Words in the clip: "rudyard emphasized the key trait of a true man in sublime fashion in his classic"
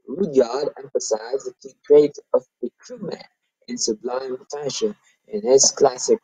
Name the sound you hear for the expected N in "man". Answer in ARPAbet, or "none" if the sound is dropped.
none